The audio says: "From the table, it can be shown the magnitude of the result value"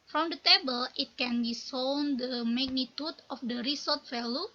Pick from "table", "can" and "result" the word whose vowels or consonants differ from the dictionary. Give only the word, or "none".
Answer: result